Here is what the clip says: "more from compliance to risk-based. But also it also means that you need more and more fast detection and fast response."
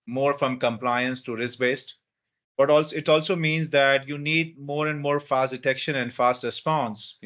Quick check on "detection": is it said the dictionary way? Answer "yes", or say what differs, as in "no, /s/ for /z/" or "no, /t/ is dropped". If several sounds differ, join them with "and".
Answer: yes